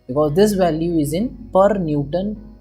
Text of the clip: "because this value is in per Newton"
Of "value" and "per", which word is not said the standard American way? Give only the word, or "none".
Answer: none